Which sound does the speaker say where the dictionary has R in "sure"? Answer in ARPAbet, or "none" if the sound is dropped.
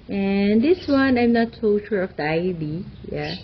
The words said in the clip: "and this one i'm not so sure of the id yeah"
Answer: R